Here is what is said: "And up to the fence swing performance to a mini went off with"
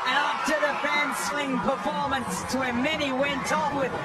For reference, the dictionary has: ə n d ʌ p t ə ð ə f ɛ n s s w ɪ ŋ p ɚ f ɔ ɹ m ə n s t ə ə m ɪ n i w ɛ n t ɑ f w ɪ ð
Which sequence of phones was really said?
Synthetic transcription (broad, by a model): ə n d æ f t ə ð ə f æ n s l ɪ ŋ p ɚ f ɔ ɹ m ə n s t ə ə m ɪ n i w ɛ n t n w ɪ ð